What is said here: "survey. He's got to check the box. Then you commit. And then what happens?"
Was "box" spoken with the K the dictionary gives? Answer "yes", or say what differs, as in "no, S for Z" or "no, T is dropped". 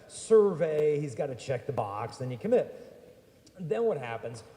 yes